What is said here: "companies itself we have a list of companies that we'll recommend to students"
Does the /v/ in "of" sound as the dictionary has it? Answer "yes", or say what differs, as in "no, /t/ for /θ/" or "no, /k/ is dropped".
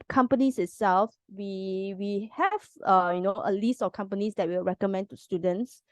no, /f/ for /v/